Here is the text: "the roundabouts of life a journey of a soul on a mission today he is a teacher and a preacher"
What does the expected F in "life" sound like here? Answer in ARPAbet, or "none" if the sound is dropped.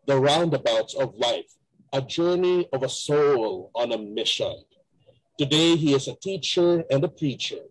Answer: F